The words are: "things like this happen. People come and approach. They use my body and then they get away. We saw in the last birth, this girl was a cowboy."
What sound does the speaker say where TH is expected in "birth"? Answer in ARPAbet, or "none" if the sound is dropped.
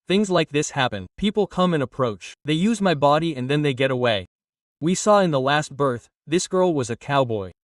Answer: TH